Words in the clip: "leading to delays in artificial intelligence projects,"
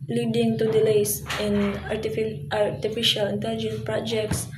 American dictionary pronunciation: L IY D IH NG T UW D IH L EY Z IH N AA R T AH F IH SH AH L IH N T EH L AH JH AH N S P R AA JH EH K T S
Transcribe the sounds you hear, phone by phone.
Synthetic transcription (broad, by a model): L IY D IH NG T UW D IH L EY S IH N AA R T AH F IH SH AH L IH N T EH L AH JH AH N S P R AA JH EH K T S